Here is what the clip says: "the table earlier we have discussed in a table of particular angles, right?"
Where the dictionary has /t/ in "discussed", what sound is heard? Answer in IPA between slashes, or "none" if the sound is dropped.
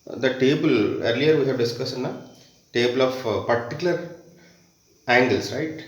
none